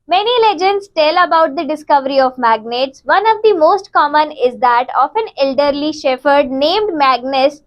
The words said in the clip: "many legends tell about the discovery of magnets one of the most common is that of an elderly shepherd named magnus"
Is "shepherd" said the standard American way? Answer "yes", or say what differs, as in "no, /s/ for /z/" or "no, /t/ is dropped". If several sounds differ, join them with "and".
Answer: no, /f/ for /p/